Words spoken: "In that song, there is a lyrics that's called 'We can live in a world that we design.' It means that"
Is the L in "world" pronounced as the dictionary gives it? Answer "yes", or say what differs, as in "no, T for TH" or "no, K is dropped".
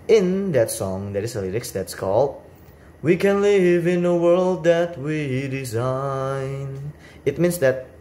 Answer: yes